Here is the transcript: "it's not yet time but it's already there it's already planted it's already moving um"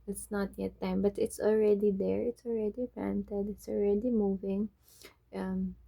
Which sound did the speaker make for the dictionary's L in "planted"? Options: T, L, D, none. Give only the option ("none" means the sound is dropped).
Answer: none